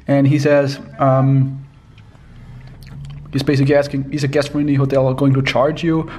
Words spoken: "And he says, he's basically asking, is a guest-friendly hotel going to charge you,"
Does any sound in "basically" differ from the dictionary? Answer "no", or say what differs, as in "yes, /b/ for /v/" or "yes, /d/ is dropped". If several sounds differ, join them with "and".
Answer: yes, /l/ is dropped